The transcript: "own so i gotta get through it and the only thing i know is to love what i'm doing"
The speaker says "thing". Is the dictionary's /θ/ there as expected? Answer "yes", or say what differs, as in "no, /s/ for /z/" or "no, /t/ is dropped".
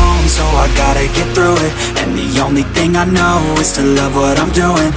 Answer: yes